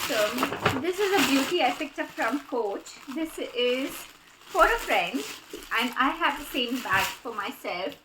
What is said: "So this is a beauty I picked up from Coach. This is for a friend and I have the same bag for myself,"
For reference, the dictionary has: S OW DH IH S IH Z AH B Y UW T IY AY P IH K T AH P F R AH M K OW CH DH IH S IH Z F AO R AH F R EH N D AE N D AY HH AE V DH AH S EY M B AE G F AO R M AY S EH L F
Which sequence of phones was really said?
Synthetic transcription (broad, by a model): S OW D IH S IH Z AH B Y UW T IY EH F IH K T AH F R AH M K OW CH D IH S IH Z F AO R AH F R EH N D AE N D AY HH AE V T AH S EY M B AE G F AO R M AY S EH L F